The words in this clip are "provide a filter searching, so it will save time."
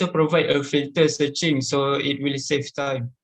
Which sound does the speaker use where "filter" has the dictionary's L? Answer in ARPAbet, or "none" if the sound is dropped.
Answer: none